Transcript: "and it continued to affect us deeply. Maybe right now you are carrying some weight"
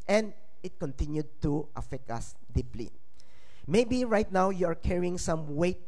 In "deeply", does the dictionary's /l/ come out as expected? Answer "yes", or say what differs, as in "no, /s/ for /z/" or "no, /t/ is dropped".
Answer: yes